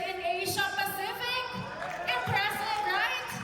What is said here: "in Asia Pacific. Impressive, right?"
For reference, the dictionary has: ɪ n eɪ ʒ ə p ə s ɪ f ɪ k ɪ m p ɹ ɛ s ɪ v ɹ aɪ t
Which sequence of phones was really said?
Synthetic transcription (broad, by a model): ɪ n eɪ ʃ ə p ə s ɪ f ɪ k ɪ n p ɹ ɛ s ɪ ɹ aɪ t